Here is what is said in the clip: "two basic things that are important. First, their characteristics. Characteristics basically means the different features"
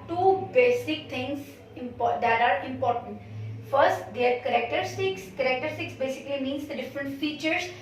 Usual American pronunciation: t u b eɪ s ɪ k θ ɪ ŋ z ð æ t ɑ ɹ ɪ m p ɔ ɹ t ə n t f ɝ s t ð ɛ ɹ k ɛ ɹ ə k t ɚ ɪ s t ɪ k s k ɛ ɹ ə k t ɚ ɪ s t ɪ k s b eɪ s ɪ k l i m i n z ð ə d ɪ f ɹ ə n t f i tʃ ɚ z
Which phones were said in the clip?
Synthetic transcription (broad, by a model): t u b eɪ s ɪ k t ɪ ŋ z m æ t ɑ ɹ ɪ m p ɔ ɹ t ə n t f ɝ s t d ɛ ɹ k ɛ ɹ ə k t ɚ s t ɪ k s k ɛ ɹ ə k t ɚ s t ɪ k s b eɪ s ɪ k l i m i n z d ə d ɪ f ɹ ə n t f i tʃ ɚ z